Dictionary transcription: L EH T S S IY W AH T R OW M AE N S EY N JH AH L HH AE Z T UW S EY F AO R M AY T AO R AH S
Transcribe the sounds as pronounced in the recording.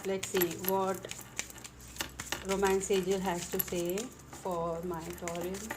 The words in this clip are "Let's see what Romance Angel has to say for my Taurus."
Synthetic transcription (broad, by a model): L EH T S S IY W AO T R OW M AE N S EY JH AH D HH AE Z T UW S EY F AO R M AY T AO R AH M